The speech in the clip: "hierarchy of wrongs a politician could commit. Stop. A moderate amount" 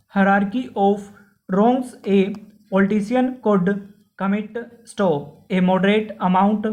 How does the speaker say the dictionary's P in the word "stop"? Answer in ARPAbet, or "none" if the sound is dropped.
none